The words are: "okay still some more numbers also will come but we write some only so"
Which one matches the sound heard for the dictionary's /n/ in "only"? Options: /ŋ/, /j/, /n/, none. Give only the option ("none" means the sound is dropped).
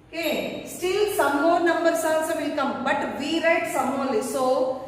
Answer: none